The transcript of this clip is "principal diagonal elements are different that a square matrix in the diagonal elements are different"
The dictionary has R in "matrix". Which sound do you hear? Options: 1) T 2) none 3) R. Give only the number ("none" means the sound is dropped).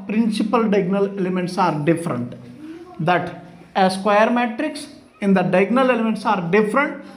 3